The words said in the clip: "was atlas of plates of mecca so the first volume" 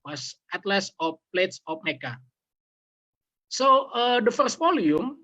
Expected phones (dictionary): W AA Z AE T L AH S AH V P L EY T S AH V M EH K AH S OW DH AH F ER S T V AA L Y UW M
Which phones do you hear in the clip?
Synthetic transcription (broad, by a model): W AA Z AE T L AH S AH F P L EY T S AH F M EH K AH S OW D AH F ER S T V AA L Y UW M